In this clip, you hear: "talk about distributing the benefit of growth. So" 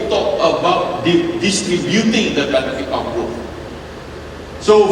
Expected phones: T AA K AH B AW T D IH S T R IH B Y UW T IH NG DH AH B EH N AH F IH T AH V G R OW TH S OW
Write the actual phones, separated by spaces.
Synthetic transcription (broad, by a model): T AA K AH B AW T D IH S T R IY B Y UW T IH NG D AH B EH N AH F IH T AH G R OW F S OW